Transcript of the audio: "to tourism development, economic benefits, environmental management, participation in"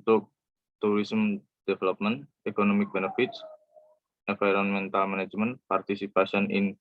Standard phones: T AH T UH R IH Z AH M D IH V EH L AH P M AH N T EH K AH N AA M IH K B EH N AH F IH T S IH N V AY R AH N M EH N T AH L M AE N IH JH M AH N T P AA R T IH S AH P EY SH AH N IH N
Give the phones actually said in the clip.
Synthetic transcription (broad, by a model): T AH T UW R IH S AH M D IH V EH L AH P M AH N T EH K AH N AA M IH K B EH N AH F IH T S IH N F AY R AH N M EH N T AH L M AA N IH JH M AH N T P AA R T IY S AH P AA S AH N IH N